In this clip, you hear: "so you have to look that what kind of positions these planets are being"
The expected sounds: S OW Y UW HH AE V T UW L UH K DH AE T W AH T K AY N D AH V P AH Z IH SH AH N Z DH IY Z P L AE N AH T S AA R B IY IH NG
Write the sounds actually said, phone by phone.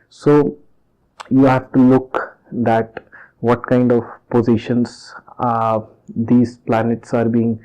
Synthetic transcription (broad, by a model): S OW Y UW HH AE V T UW L UH K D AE T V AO T K AY N D AH V P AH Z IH SH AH N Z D IY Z P L AE N AH T S AA R B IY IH NG